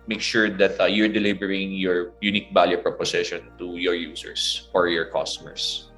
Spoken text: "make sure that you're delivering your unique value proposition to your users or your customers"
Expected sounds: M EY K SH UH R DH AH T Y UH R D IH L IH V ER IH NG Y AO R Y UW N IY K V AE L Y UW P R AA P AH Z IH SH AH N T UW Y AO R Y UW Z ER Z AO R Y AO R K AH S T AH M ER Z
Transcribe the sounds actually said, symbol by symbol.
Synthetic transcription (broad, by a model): M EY K SH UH R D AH T Y UH R D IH L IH B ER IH NG Y AO R Y UW N IY K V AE L Y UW P R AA P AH S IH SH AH N T UW Y AO R Y UW S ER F AO R Y AO R K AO S T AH M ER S